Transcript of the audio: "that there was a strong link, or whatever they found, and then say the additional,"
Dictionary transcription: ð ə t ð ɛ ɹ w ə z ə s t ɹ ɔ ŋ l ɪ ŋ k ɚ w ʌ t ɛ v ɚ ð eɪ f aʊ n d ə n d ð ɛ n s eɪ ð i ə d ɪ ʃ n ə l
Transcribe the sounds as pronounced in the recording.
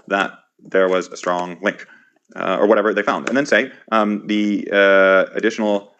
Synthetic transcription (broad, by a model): ð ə t ð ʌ ɹ w ə z ə s t ɹ ɔ ŋ l ɪ ŋ k ɚ w ʌ t ɛ v ɚ ð eɪ f aʊ n d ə n ð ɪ n s eɪ ð i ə d ɪ ʃ n l